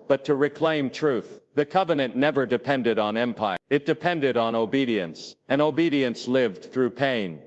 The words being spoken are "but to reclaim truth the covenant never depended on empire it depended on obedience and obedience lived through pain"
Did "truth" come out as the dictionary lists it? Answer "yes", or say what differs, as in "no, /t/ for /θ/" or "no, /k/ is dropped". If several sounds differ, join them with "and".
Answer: yes